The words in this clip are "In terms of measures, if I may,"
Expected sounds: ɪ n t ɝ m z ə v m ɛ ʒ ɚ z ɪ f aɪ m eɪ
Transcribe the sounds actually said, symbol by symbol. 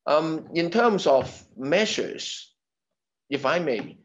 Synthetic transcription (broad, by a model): ɪ n t ɝ m z ə v m ɛ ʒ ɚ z ɪ f aɪ m eɪ